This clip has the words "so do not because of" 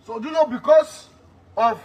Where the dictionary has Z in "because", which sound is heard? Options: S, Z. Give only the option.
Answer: S